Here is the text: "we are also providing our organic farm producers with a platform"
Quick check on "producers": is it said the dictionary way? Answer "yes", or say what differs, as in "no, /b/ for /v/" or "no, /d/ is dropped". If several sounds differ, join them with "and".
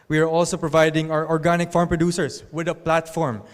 no, /s/ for /z/